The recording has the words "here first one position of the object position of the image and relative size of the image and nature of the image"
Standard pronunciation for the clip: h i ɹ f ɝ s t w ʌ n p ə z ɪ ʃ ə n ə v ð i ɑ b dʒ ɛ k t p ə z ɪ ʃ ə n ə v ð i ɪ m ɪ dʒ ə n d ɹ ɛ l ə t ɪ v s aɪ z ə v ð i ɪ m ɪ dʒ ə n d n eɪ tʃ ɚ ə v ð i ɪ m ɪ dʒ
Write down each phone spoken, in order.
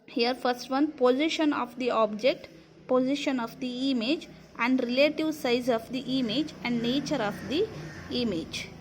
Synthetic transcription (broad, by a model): h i ɹ f ɝ s t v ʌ n p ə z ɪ ʃ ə n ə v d i ɑ b dʒ ɛ k t p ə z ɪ ʃ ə n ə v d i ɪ m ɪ dʒ ə n d ɹ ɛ l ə t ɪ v s aɪ z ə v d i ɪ m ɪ dʒ ə n d n eɪ tʃ ɚ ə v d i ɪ m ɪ dʒ